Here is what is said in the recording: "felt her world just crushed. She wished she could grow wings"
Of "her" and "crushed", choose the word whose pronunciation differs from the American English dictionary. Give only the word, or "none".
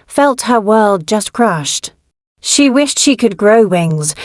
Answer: none